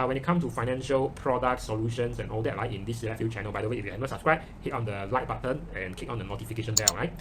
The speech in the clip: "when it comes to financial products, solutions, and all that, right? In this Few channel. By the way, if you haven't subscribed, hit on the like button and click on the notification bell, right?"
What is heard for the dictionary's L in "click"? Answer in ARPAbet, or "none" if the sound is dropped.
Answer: none